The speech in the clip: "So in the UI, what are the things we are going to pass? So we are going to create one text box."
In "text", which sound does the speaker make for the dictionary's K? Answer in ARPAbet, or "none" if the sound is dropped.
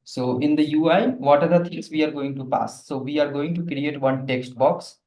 K